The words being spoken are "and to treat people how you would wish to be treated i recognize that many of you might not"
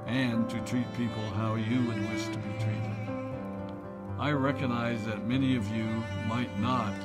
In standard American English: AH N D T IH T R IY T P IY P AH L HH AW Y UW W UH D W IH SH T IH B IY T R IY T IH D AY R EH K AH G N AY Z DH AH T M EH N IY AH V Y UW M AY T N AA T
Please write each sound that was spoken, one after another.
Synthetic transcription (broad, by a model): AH N T IH T R IY T P IY P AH L HH AW Y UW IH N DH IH S T IH B IY T R IY T IH D AY R EH K AH G N AY Z DH AH T M EH N IY AH V Y UW M AY T N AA T